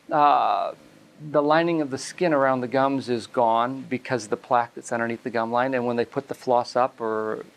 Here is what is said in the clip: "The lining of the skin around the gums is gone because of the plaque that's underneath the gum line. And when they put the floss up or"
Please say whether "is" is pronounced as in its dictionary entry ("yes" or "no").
yes